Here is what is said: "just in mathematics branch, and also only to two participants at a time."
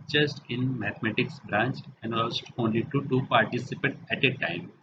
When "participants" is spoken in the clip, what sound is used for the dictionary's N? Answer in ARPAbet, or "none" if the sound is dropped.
none